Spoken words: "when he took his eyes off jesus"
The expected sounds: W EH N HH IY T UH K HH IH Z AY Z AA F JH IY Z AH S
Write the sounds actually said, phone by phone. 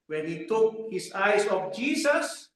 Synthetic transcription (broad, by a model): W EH N HH IY T UH K HH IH S AY S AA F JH IY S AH S